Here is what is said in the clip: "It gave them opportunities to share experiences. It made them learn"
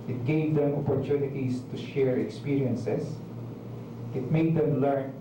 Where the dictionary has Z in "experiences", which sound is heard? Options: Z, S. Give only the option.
S